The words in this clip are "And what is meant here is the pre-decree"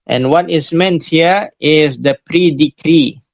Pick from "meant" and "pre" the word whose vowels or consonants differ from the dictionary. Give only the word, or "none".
none